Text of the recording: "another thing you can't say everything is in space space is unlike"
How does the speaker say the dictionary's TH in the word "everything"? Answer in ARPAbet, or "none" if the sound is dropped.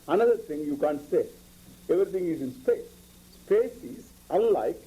T